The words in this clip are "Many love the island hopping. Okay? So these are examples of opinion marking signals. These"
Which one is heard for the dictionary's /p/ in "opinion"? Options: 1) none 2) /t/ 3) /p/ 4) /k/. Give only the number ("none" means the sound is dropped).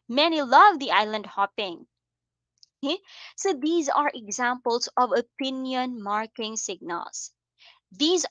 3